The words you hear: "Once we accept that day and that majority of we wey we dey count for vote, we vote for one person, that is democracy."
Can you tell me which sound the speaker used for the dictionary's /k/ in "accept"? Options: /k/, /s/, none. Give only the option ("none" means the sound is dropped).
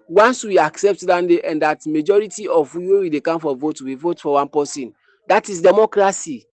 /k/